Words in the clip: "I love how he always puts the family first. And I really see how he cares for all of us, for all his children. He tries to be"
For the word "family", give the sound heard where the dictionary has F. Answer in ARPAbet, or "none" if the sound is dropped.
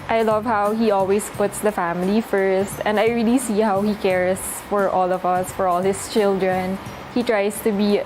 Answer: F